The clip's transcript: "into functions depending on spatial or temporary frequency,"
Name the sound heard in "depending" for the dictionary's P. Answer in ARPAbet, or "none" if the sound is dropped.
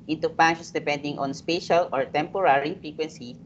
P